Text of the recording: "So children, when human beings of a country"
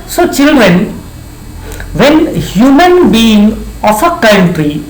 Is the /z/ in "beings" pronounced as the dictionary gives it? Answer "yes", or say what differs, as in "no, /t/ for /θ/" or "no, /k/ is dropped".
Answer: no, /z/ is dropped